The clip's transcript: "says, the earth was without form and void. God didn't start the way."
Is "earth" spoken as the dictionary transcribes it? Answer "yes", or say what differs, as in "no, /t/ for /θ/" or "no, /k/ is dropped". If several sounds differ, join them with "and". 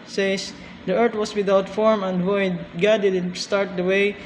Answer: no, /t/ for /θ/